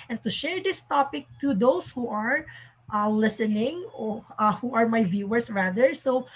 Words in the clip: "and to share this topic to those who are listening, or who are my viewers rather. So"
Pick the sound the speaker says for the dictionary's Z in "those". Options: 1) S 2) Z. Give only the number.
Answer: 1